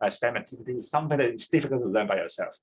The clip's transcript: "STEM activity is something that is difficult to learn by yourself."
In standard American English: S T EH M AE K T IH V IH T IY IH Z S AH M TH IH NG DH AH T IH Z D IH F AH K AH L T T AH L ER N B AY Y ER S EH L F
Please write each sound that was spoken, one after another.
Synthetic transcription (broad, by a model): S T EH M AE T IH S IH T IY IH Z S AH M TH IH NG DH AH T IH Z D IH F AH K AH L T T AH L ER N B AY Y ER S EH L F